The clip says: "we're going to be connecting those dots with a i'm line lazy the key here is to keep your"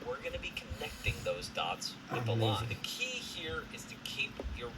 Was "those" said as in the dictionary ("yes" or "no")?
yes